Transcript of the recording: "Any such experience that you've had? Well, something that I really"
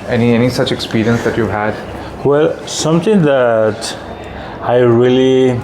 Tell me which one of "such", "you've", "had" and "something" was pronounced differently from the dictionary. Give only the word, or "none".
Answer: something